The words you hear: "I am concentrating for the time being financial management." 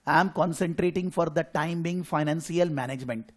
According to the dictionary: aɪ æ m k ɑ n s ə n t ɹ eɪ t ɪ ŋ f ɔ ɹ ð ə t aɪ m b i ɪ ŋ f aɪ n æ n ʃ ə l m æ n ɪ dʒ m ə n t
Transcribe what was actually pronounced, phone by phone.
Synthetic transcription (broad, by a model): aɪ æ m k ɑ n s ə n t ɹ eɪ t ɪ ŋ f ɔ ɹ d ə t aɪ m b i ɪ ŋ f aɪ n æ n s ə l m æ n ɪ dʒ m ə n t